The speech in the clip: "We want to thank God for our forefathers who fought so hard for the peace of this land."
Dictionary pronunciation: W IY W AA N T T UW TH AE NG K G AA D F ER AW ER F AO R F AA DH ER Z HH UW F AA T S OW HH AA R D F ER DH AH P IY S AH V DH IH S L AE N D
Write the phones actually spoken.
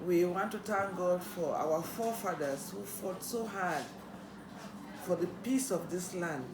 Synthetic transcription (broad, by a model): W IY W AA N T T UW T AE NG G AA D F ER AW ER F AO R F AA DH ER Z HH UW F AA T S OW HH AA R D F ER DH AH P IY S AH V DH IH S L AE N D